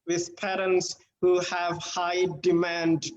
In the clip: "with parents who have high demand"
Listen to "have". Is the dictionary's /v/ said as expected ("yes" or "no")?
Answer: yes